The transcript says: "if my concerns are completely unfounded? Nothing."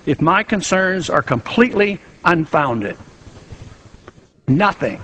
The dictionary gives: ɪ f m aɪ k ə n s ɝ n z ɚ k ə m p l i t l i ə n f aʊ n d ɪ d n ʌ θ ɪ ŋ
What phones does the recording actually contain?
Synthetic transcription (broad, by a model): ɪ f m aɪ k ə n s ɝ n z ɚ k ə m p l i t l i ə n f aʊ n d ɪ d n ʌ θ ɪ ŋ